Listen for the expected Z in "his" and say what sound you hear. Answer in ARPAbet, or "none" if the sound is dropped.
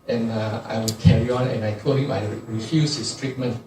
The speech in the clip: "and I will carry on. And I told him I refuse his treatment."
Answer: S